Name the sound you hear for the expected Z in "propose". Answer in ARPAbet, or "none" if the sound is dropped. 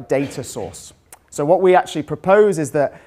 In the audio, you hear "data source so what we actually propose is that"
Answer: Z